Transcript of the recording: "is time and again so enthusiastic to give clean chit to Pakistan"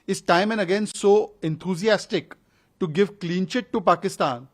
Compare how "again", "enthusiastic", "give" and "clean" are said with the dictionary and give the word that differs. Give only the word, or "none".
enthusiastic